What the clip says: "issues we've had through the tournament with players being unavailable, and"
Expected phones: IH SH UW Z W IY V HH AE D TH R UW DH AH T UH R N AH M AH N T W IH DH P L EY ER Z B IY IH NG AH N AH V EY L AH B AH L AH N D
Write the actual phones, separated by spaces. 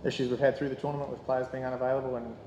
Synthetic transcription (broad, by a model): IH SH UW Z W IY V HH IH D TH R UW DH AH T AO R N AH M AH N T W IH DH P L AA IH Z B IY IH NG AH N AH V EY L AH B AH L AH N